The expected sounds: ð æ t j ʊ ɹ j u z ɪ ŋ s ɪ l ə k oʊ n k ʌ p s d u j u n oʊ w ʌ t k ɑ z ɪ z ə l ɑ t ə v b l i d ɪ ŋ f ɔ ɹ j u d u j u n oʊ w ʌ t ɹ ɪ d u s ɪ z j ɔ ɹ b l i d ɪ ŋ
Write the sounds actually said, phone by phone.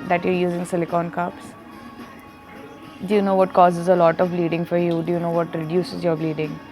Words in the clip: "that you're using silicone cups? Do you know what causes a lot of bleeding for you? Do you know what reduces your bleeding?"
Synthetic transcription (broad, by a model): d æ t j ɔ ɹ j u z ɪ ŋ s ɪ l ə k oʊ n k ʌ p s d u j u n oʊ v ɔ t k ɑ z ɪ z ə l ɑ t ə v b l i d ɪ ŋ f ɔ ɹ j u d u j u n oʊ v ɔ t ɹ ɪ d u s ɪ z j ɔ ɹ b l i d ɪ ŋ